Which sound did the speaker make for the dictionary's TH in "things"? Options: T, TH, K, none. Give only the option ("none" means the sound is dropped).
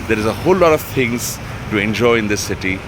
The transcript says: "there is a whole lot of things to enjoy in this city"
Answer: T